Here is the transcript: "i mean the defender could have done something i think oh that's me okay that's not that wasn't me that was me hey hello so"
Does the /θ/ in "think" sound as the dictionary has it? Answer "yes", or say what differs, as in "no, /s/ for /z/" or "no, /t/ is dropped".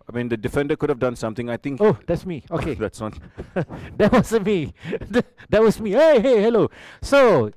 no, /t/ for /θ/